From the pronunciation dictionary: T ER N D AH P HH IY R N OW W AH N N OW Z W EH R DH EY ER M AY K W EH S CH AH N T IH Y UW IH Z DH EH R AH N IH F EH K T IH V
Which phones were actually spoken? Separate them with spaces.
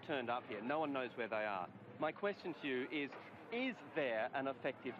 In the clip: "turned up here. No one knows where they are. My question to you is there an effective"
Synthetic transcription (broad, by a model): T ER N D AH P HH IY R N OW W AH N N OW Z W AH R DH EY ER M AY K W EH S CH AH N T IH Y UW IH Z DH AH R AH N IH F EH K T IH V